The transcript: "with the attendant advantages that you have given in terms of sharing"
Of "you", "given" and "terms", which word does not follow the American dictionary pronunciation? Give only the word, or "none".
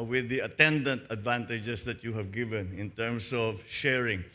terms